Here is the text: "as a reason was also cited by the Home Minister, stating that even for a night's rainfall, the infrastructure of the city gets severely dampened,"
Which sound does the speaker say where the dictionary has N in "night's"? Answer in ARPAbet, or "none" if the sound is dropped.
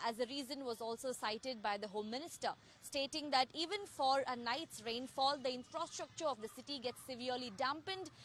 N